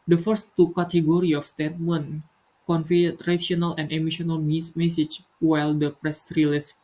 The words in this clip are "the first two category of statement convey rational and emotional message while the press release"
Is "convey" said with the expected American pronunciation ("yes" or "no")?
no